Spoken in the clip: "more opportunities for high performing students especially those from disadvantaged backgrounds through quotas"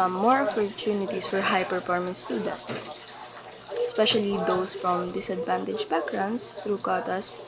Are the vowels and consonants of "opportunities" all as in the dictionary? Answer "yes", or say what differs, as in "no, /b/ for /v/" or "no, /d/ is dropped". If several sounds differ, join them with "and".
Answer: no, /s/ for /z/